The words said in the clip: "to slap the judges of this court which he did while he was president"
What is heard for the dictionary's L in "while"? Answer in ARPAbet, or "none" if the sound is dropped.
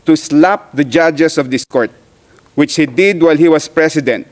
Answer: L